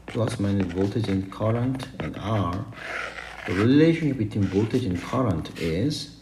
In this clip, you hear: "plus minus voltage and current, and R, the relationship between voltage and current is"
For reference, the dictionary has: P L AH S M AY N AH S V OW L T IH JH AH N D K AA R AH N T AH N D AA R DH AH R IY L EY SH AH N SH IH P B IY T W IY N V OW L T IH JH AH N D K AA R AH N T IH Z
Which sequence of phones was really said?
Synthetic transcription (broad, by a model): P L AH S M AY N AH V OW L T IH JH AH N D K AA R AH N T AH N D AA R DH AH R IY L EY SH AH N SH IH P B IY T W IY N V OW L T IH JH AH N K AA R AH N T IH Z